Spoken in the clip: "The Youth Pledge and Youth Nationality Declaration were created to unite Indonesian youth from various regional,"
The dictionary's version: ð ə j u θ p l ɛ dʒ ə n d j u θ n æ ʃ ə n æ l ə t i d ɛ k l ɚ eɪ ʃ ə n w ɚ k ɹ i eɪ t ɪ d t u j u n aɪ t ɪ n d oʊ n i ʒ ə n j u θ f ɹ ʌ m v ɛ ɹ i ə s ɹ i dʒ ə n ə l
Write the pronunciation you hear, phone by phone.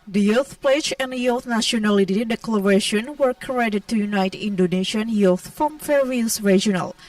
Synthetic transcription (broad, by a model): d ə j u θ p l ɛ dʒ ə n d j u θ n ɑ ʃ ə n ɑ l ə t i d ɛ k l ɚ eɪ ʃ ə n w ɚ k i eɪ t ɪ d t u j u n aɪ t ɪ n d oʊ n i ʃ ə n j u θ f ɹ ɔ m f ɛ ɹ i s ɹ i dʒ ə n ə l